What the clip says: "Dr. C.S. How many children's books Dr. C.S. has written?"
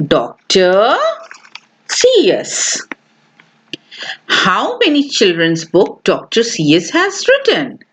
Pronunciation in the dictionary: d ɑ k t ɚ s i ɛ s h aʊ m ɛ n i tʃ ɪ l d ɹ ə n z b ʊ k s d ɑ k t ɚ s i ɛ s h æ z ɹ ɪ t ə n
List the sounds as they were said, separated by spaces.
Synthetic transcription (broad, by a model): d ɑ k t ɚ s i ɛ s h aʊ m ɛ n i tʃ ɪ l d ɹ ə n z b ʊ k d ɑ k t ɚ s i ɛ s h æ z ɹ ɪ t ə n